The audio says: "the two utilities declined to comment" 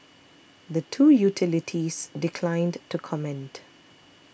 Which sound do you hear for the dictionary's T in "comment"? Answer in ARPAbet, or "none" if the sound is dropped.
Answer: T